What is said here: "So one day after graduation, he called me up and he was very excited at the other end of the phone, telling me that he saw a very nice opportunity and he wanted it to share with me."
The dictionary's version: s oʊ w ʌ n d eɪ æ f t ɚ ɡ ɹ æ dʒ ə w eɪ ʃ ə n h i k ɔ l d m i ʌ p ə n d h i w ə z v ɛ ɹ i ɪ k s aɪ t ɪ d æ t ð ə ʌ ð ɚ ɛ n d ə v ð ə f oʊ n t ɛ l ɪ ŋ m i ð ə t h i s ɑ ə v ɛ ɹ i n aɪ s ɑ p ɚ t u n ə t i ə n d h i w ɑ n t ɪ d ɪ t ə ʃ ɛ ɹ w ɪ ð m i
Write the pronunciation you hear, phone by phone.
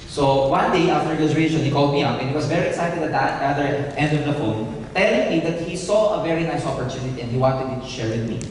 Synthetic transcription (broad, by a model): s oʊ w ʌ n d eɪ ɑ f t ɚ ɹ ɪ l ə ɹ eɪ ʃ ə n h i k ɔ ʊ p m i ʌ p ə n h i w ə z v ɛ ɹ i ɪ k s aɪ t ɪ d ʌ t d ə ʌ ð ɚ ɛ n d ə v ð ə f oʊ n t ɛ l ɪ ŋ m i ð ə t h i s ɑ ə v ɛ ɹ i n aɪ s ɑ p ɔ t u n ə t i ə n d h i w ɑ n t ɪ d ɪ t ə ʃ ɛ ɹ w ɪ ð m i